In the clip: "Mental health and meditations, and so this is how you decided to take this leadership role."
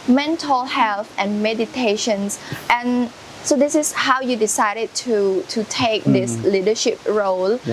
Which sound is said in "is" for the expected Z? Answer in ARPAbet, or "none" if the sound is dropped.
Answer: S